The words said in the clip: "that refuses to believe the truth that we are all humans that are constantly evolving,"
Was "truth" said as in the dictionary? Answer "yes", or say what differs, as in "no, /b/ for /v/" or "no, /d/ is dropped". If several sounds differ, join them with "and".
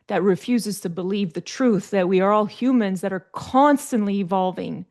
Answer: yes